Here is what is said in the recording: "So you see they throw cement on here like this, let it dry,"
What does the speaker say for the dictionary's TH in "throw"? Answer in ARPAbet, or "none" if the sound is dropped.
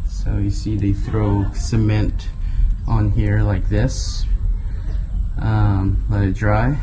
TH